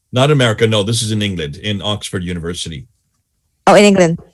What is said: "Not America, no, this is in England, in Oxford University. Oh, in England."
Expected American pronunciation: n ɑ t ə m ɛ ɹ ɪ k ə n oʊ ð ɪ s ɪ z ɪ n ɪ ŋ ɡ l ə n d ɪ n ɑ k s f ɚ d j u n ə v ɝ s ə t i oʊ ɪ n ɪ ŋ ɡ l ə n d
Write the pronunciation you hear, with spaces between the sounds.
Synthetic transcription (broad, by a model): n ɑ t ə m ɛ ɹ ɪ k ə n oʊ ð ɪ s ɪ z ɪ n ɪ ŋ ɡ l ə n d ɪ n ɑ k s f ɚ d j u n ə v ɝ s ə t i oʊ ɪ n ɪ ŋ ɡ l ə n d